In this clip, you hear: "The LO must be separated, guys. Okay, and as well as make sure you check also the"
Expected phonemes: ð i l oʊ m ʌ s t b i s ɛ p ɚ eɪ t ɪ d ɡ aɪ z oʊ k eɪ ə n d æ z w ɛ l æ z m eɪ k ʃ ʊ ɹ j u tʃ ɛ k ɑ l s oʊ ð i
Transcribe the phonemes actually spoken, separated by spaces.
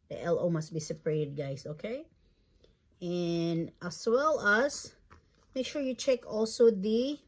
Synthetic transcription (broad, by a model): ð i l oʊ m ʌ s t b i s ɛ p ɚ eɪ t ɪ d ɡ aɪ s oʊ k eɪ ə n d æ s w ɛ l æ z m eɪ k ʃ ʊ ɹ j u tʃ ɛ k ɑ l s oʊ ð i